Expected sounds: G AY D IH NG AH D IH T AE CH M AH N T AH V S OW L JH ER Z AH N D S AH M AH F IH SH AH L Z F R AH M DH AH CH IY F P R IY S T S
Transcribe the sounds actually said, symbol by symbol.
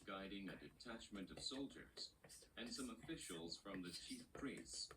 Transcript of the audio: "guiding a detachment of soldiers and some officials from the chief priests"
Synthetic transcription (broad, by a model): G AY D IH NG AH D IH T AE CH M AH N T AH V S OW L JH ER Z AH N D S AH M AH F IH SH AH L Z F R AH M DH AH CH IY F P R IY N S